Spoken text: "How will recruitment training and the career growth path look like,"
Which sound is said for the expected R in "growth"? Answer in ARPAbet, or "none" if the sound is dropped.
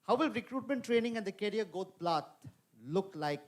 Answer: none